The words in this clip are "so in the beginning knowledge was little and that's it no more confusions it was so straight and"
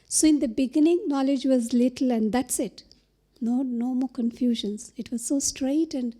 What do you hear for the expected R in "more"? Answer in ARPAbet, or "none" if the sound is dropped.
L